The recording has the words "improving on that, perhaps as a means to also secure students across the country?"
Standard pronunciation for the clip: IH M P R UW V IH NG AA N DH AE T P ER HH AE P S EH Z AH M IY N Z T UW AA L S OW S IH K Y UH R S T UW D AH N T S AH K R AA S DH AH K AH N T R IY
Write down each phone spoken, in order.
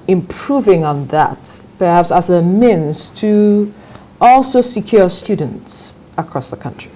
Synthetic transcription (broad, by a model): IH M P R UW V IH NG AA N DH AE T P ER HH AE P S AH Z AH M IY N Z T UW AA L S OW S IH K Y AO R S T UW D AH N T S AH K R AA S DH AH K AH N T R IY